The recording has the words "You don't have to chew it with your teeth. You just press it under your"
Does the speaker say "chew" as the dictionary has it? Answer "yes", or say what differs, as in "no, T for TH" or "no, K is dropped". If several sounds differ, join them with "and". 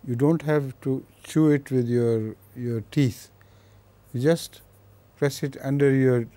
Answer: yes